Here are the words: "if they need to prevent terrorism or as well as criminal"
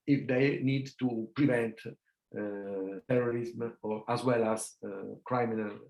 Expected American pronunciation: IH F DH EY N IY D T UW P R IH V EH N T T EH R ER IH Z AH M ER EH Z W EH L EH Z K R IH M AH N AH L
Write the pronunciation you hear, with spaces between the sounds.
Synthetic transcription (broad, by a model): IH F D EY N IY D T UW P R IH V EH N T T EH R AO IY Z M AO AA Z W EH L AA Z K R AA M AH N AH L